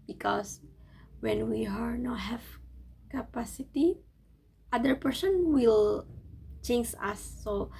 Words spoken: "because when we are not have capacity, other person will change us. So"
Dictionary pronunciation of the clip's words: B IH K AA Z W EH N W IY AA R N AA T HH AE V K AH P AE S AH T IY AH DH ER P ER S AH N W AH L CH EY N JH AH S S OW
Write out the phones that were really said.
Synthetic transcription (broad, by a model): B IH K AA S W EH N W IY AA R N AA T HH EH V K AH P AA S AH T IY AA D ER P ER S AH N W AH L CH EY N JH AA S S OW